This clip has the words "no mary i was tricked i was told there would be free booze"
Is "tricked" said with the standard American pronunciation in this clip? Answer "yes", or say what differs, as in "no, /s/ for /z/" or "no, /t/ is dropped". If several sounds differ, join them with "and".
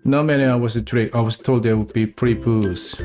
no, /k/ is dropped